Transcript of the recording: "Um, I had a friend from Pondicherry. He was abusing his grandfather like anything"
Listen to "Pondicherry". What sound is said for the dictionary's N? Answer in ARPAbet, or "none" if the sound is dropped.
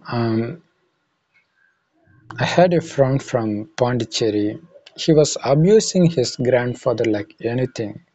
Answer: N